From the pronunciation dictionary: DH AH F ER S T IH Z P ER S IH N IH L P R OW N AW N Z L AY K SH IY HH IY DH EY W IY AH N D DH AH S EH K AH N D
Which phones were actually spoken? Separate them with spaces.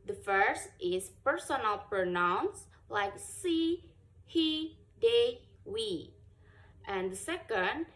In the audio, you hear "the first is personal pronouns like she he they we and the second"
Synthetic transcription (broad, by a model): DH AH F ER S T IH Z P ER S IH N IH L P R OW N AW N S L AY K S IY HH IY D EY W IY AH N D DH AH S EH K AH N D